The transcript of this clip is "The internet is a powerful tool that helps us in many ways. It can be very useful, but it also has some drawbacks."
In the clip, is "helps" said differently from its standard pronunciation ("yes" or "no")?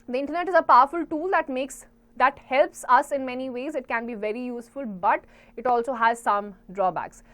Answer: no